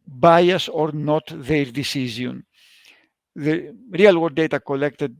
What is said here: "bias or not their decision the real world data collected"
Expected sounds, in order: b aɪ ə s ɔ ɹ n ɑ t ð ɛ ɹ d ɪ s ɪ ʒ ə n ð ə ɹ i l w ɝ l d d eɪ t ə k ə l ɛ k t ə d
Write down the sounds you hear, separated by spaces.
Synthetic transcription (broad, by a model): b aɪ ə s ɔ ɹ n ɑ t ð ɛ ɹ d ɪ s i z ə n ð ə ɹ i l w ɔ d d eɪ t ə k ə l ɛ k t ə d